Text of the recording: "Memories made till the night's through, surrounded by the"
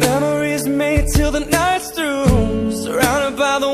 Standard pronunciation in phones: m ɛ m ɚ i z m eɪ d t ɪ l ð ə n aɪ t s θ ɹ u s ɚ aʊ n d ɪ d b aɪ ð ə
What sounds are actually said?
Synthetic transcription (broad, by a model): ɛ m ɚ i z m eɪ d t ɪ l ð ə n aɪ t s t ɹ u s ɚ aʊ n d ɪ d b aɪ ð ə